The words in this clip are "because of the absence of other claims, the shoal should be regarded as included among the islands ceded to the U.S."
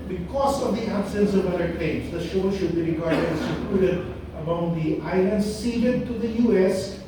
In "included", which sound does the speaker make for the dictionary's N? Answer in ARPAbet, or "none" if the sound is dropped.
none